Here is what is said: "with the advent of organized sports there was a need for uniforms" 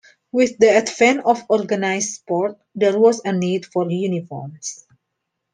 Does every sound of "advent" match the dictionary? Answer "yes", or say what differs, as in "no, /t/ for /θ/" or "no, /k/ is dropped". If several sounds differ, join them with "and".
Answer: no, /t/ is dropped